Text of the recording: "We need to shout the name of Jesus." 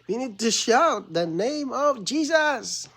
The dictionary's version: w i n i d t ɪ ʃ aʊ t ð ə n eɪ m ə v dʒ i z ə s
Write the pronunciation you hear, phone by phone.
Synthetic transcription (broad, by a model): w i n i d t ɪ ʃ aʊ t ð ə n eɪ m ə v dʒ i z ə s